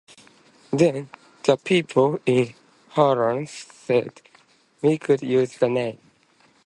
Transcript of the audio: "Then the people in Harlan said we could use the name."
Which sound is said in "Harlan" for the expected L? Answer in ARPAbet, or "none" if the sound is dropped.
none